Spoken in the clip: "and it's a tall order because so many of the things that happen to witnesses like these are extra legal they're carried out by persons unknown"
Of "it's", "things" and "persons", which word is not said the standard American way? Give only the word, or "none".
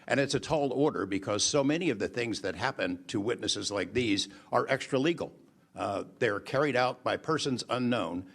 none